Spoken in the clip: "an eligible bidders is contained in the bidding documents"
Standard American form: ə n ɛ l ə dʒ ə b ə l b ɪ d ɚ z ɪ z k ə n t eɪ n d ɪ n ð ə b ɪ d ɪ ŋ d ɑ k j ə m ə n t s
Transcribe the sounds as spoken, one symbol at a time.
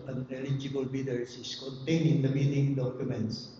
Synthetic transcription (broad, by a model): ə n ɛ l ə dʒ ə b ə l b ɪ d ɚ s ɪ s k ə n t eɪ n ɪ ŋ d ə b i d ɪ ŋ d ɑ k j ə m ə n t s